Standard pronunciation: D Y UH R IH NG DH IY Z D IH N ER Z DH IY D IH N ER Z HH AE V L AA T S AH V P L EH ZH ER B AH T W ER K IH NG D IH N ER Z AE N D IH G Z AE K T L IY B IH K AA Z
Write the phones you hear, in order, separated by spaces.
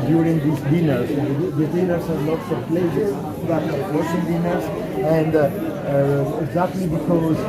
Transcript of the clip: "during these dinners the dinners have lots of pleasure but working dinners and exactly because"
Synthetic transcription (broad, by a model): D Y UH R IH NG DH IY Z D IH N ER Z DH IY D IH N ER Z HH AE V L AA T S AH V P L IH S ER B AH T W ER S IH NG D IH N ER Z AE N D IH G Z AE K T L IY B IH K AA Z